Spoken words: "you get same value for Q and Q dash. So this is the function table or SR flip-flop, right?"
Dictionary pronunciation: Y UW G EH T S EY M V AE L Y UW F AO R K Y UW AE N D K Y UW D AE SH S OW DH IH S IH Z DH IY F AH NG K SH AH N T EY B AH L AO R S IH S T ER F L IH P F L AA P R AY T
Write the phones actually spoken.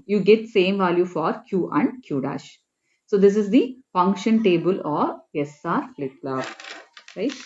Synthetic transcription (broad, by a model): Y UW G EH T S EY M V AE L Y UW F AO R K Y UW AE N D K Y UW D AE SH S OW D IH S IH Z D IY F AH NG K SH AH N T EY B AH L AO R S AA T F L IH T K L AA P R AY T